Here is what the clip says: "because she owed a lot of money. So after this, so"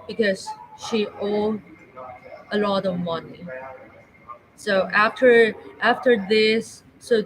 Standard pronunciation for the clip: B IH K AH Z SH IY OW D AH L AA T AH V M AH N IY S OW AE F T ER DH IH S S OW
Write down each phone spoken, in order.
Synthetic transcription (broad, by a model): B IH K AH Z SH IY OW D AH L AA T AH V M AH N IY S OW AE F T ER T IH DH S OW